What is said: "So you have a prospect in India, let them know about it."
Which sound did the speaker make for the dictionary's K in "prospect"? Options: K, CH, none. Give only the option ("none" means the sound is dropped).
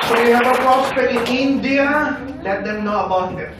none